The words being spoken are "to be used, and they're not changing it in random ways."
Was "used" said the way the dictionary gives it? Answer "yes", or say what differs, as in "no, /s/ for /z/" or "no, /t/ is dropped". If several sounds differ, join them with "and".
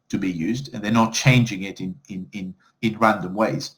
yes